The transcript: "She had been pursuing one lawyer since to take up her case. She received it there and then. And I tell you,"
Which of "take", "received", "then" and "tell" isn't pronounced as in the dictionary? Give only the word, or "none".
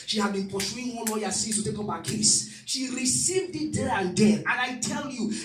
then